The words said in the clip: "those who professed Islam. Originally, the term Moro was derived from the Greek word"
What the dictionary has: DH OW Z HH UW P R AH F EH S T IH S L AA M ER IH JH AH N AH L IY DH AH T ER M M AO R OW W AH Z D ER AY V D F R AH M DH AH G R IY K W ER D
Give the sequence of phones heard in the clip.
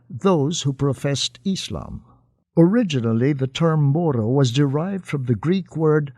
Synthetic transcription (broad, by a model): DH OW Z HH UW P R AH F EH S T IH S L AA M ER IH JH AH N L IY DH AH T ER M M AO R OW W AH Z D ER AY V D F R AH M DH AH G R IY K W ER D